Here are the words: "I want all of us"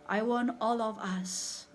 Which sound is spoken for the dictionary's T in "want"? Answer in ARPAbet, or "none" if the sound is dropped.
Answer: none